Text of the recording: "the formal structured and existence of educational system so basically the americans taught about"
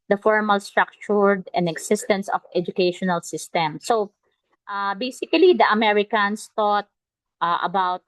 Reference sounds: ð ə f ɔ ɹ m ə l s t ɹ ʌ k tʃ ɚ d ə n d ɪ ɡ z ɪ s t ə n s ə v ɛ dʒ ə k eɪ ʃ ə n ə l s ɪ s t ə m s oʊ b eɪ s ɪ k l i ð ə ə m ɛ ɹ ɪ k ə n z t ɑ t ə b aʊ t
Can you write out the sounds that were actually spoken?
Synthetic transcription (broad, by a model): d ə f ɔ ɹ m ə l s t ɹ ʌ k tʃ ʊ d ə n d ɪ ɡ s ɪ s t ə n s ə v ɛ dʒ ə k eɪ ʃ ə n ə l s ɪ s t ə m s oʊ b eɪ s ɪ k l i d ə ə m ɛ ɹ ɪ k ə n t t ɑ t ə b aʊ t